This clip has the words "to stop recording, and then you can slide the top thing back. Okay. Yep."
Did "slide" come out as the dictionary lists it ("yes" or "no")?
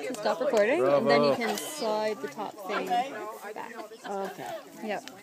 yes